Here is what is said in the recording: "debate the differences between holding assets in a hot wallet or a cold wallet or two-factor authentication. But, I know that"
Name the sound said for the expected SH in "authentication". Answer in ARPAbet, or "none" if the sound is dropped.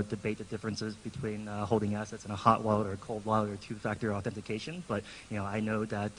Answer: SH